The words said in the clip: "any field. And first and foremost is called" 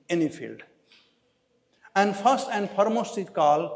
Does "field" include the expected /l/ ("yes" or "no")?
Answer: yes